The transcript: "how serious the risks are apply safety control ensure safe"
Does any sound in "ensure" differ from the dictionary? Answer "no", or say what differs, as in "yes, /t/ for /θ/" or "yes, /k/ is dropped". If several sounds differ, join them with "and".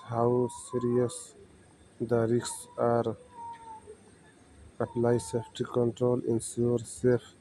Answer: yes, /s/ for /ʃ/